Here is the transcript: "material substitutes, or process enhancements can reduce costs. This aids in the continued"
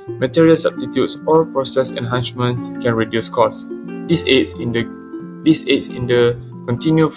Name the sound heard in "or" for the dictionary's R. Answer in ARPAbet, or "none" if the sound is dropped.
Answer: L